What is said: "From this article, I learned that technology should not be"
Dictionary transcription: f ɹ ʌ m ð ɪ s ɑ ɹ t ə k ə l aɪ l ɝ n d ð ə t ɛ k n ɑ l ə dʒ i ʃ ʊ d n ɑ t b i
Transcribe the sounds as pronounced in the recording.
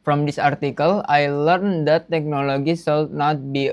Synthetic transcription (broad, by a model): f ɹ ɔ m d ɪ s ɑ ɹ t ə k ə l aɪ l ɝ n d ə t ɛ k n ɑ l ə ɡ i s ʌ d n ɑ t b i